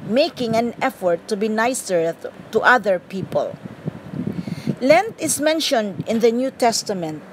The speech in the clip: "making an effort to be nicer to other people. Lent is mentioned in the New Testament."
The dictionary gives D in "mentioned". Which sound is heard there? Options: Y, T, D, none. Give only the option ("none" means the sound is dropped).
D